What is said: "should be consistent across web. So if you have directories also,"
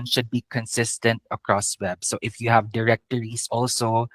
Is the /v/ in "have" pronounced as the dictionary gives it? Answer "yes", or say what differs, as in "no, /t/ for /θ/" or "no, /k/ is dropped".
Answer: yes